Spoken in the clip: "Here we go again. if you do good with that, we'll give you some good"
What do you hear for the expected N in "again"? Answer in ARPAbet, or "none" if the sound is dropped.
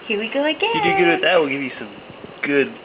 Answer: none